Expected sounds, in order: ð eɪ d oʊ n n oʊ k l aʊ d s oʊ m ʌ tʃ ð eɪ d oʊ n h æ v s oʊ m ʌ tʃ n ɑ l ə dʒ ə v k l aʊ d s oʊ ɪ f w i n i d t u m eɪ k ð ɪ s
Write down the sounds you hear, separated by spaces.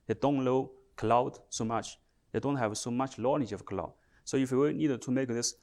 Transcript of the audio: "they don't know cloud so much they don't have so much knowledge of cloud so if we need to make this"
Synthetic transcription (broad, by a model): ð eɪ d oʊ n l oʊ k l aʊ d s oʊ m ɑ tʃ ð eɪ d oʊ n h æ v s oʊ m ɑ tʃ l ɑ n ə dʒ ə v k l aʊ d s oʊ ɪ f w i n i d t u m eɪ k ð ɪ s